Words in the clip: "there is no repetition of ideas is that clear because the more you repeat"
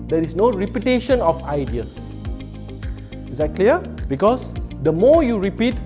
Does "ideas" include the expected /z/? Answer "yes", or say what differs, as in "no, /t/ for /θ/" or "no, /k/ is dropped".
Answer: no, /s/ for /z/